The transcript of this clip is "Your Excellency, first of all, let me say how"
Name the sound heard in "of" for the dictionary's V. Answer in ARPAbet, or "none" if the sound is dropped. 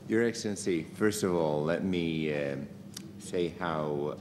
V